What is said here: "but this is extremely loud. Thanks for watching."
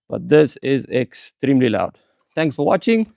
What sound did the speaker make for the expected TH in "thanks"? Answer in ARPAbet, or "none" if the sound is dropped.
T